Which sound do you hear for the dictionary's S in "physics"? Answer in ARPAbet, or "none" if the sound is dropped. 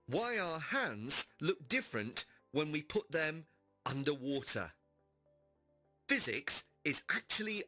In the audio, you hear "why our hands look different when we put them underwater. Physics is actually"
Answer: S